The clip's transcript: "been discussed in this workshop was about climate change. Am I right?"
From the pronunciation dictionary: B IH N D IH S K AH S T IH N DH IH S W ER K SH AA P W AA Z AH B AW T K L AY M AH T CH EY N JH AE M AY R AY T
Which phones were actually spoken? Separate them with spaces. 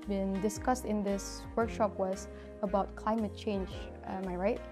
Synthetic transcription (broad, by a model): B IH N D IH S K AH S T IH N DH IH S W ER K SH AA P W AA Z AH B AW T K L AY M AH T CH EY N JH M AY R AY T